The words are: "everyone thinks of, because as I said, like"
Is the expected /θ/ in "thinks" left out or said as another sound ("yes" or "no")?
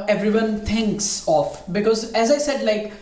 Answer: yes